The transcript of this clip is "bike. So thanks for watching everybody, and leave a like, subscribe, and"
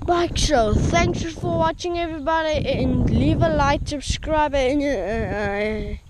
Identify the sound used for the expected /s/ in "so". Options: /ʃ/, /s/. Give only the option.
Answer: /ʃ/